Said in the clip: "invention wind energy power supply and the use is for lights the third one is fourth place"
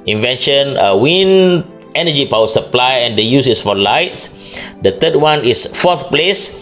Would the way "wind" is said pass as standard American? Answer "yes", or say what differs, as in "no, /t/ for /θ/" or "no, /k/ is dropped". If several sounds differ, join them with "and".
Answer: no, /d/ is dropped